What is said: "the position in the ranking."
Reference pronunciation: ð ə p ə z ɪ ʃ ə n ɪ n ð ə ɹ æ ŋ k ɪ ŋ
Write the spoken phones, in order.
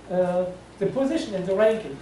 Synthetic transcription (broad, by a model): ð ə p ə z ɪ ʃ ə n ɪ n ð ə ɹ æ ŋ k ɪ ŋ